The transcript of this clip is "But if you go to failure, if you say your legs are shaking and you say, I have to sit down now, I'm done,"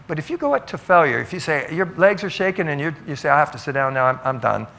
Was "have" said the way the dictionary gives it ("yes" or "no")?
no